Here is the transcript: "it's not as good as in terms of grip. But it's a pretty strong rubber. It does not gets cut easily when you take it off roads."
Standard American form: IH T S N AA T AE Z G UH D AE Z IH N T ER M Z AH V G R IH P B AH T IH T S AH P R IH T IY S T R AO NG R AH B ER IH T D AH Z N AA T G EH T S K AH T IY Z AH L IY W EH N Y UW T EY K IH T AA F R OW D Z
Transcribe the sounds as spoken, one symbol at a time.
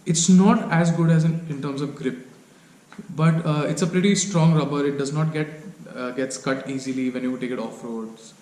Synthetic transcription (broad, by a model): IH T S N AA T AE Z G UH D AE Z IH N T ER M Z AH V G R IH P B AH T IH T S AH P R IH T IY S T R AO NG R AH B ER IH T D AH Z N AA T G EH T S K AH T IY Z AH L IY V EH N Y UW T EY K IH T AA F R OW D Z